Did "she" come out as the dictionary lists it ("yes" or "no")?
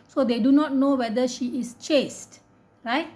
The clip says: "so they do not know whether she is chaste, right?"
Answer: yes